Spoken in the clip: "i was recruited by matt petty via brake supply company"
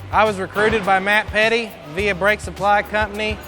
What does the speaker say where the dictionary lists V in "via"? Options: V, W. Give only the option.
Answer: V